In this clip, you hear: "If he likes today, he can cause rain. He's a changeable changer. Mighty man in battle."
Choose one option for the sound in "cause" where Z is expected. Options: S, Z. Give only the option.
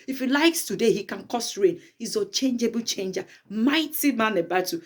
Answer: S